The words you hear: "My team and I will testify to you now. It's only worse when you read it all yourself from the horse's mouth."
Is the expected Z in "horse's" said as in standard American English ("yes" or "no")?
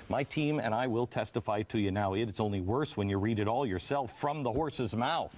yes